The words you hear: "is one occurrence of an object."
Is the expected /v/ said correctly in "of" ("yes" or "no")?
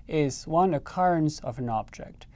yes